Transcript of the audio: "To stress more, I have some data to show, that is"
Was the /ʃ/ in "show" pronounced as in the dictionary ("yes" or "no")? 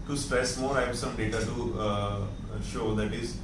yes